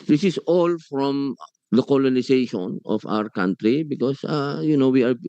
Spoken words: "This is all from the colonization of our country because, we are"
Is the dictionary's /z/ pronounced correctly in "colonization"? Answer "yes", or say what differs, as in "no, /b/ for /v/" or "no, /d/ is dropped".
no, /s/ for /z/